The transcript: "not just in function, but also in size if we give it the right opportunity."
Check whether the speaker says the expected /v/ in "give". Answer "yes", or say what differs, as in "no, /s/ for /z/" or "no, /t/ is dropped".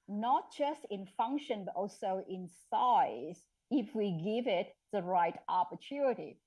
yes